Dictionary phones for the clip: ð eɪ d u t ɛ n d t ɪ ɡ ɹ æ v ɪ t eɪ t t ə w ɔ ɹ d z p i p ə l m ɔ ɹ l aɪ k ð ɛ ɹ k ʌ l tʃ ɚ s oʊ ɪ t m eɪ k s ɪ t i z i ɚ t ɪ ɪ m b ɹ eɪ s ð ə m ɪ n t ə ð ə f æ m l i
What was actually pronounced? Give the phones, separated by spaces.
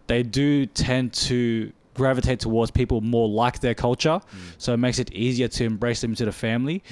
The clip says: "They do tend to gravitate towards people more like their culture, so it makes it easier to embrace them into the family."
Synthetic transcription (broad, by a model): ð eɪ d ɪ t ɛ n t ɪ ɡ ɹ æ v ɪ t eɪ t t ə w ɔ ɹ d z p i p l m ɔ ɹ l aɪ k ð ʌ ɹ k ʌ l tʃ ɚ s oʊ ɪ t m eɪ k s ɪ t i z i ɚ t ɪ ɪ m b ɹ eɪ s ð ə m t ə ð ə f æ m l i